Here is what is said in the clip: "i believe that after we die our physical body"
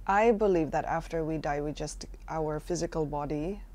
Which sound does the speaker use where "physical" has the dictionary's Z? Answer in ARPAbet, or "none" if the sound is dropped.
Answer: Z